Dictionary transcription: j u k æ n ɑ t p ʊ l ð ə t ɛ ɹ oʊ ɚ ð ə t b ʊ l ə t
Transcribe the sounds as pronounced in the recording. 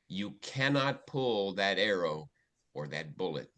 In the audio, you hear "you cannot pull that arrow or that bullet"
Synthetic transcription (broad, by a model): j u k æ n ɑ t p ʊ l ð ə t ɛ ɹ oʊ ɚ ð ə t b ʊ l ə t